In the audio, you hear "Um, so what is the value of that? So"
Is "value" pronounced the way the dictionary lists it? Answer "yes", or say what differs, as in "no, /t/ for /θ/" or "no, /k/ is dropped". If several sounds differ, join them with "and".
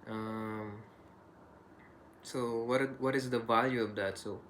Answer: yes